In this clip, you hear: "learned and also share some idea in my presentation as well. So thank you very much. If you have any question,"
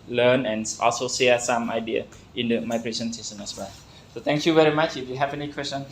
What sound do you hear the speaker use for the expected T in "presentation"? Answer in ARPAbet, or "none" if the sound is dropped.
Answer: S